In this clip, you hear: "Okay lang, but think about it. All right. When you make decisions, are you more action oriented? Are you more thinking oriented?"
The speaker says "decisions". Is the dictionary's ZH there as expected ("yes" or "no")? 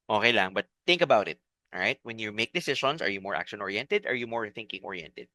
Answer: no